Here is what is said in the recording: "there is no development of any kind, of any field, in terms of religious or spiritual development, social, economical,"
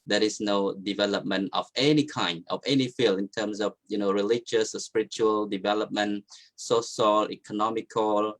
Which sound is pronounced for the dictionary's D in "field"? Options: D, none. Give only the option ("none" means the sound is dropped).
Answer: none